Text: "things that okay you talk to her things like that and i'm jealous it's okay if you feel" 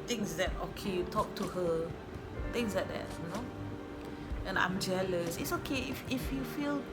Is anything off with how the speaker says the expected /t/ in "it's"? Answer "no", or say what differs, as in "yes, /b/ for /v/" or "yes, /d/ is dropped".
no